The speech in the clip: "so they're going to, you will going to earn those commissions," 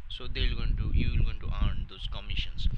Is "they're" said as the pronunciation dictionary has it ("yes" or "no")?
no